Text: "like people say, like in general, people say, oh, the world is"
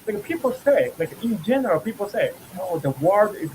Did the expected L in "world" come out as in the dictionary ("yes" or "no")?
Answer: no